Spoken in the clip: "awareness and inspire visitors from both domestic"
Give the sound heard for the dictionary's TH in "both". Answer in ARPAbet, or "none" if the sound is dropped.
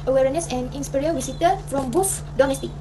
F